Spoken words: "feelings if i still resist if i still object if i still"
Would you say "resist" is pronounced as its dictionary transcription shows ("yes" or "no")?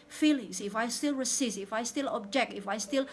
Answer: no